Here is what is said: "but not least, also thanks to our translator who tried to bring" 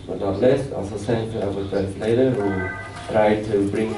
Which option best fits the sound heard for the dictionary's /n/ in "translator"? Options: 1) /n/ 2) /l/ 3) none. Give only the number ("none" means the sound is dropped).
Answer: 3